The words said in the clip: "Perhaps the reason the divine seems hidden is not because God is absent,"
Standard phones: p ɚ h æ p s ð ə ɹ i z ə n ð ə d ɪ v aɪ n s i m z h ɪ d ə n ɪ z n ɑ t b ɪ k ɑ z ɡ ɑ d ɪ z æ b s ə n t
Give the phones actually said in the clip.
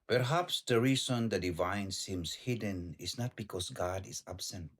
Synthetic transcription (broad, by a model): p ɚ h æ p s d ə ɹ i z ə n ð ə d ɪ v aɪ n s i m s h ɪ d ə n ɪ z n ɑ t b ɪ k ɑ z ɡ ɑ d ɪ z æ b s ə n t